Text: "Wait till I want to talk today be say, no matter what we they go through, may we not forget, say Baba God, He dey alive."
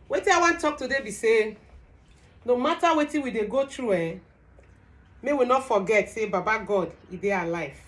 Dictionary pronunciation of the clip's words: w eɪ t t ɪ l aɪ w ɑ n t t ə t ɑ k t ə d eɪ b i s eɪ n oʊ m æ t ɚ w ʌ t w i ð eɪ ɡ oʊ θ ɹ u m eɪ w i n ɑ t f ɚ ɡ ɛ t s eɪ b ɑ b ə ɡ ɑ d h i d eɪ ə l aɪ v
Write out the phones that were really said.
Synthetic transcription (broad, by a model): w eɪ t t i n aɪ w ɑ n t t t ɑ k t ə d eɪ b i s eɪ n oʊ m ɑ t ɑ w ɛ t w i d eɪ ɡ oʊ t ɹ u m eɪ w i n ɑ t f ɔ ɡ ɛ t s eɪ b ɑ b ə ɡ ɑ d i d eɪ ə l aɪ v